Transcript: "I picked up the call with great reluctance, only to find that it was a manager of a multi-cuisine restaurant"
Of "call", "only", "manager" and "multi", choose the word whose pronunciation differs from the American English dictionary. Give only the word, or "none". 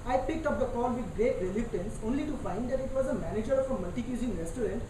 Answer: none